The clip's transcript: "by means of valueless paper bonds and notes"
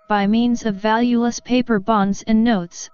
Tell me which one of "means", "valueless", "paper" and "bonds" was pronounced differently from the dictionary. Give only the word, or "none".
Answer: none